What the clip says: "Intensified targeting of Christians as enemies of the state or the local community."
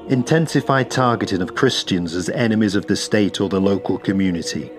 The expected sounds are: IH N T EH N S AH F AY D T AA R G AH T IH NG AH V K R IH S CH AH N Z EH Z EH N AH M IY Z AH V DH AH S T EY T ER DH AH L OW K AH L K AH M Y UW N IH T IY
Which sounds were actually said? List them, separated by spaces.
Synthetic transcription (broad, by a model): IH N T EH N S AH F AY D T AA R G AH T IH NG AH V K R IH S CH AH N Z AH Z EH N AH M IY Z AH V DH AH S T EY T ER DH AH L OW K AH L K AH M Y UW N IH T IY